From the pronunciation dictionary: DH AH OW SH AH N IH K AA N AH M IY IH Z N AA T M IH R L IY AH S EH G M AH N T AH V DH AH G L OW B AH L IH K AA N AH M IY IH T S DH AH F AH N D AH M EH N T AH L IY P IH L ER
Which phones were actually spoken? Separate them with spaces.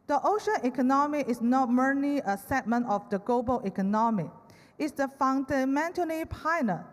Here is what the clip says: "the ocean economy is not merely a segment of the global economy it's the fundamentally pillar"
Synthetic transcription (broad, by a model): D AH OW SH AH N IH K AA N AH M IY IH S N AA T M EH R L IY AH S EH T M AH N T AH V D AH G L OW B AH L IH K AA N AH M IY IH T S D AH F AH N D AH M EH N T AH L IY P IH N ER